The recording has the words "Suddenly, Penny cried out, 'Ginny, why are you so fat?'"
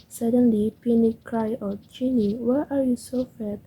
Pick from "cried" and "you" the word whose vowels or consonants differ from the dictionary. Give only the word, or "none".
cried